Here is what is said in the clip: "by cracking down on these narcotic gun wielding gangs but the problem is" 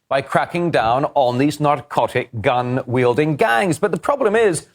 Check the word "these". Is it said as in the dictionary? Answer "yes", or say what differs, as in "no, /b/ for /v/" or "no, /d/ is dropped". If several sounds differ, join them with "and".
yes